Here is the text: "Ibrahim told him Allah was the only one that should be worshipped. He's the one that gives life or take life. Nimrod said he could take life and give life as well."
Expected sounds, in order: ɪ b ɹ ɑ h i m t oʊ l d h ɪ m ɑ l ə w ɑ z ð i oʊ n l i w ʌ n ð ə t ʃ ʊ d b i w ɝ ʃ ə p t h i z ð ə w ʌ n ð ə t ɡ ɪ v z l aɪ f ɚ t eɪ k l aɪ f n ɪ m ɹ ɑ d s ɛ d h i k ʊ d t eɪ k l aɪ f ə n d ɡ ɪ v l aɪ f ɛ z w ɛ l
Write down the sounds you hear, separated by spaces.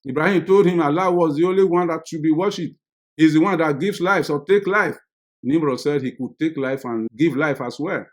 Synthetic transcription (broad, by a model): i b ɹ ɑ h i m t oʊ l d h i m ɑ l ə w ɑ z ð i oʊ n l i w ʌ n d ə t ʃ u b i w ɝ ʃ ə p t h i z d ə w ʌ n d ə t ɡ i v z l aɪ f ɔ t eɪ k l aɪ f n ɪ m ɹ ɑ s ɛ d h i k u d t eɪ k l aɪ f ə n ɡ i v l aɪ f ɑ s w ɛ